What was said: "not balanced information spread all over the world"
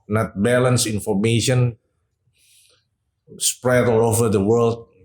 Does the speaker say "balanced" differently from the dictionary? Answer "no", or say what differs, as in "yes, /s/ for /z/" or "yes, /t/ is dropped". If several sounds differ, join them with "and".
yes, /t/ is dropped